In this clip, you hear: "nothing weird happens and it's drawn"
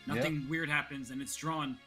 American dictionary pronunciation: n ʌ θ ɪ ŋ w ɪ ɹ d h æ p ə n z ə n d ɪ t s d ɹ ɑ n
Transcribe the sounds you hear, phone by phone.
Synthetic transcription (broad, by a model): n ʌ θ ɪ ŋ w ɪ ɹ d h æ p ə n z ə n ɪ t s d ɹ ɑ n